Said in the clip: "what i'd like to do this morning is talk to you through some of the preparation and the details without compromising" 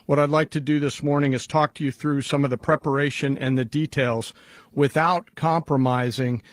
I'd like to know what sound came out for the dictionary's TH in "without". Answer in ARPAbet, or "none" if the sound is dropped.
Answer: TH